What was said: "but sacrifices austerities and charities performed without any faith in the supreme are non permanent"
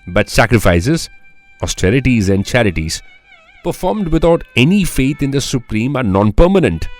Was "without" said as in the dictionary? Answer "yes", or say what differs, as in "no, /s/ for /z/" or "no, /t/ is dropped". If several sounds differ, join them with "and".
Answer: no, /t/ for /θ/